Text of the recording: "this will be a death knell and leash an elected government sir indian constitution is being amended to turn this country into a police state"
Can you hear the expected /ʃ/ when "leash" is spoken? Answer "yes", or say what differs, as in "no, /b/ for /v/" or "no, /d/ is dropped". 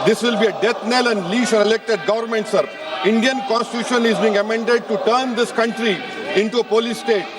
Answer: no, /s/ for /ʃ/